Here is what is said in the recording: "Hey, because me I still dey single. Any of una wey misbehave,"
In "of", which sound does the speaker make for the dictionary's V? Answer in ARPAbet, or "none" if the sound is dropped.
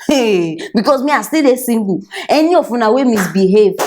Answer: F